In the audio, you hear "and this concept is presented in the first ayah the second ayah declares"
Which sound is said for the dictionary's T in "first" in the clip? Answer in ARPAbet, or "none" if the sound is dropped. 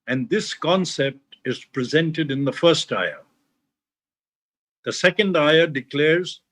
T